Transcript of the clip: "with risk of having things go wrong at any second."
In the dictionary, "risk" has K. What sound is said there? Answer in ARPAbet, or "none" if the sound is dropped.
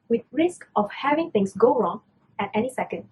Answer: K